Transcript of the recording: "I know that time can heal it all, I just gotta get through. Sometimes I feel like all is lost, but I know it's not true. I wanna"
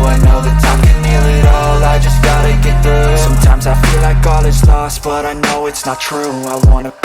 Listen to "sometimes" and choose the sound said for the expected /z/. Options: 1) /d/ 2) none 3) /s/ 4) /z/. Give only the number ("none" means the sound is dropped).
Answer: 4